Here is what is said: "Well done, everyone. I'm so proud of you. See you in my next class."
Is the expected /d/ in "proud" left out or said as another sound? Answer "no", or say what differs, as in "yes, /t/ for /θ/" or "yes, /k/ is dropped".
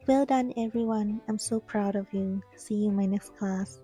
no